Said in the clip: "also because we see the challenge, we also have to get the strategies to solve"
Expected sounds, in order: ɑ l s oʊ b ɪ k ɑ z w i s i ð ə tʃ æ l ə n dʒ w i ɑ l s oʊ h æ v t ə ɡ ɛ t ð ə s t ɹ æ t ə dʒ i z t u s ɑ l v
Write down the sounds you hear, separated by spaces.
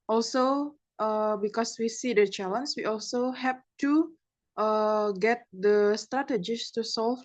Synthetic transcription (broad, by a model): ɑ l s oʊ b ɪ k ɑ s w i s i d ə tʃ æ l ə n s w i ɑ l s oʊ h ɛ p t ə ɡ ɛ t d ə s t ɹ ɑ t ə dʒ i s t u s ɑ l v